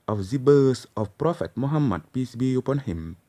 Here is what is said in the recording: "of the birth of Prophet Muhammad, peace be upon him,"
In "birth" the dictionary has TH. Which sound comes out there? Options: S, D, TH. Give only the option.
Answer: S